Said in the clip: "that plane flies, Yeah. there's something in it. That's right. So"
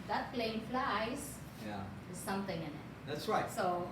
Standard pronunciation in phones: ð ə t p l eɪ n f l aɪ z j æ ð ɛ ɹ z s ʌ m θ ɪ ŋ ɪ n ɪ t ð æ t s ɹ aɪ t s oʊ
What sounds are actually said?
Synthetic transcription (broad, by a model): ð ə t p l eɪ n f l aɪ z j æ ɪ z s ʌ m t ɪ ŋ ɪ n ɪ t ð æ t s ɹ aɪ t s oʊ